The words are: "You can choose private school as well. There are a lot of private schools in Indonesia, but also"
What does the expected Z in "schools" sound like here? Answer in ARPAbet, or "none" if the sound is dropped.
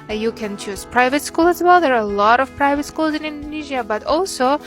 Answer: Z